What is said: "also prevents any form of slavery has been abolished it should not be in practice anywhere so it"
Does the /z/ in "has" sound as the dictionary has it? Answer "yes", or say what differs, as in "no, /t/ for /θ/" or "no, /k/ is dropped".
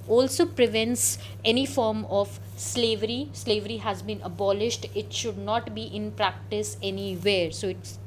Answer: yes